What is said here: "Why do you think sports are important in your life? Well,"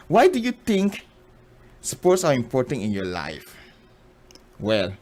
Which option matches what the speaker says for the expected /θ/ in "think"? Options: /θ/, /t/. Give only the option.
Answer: /t/